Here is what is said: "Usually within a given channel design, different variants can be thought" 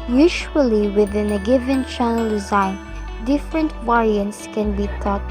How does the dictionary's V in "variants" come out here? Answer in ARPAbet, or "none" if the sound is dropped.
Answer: W